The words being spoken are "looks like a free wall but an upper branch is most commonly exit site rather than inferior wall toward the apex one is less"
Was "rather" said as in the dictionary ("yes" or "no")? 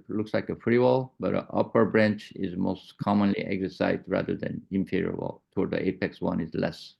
yes